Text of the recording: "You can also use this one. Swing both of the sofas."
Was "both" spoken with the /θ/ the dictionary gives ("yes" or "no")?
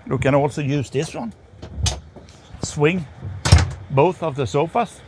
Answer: yes